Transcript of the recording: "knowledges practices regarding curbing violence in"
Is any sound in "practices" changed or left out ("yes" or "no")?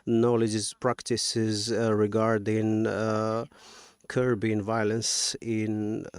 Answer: no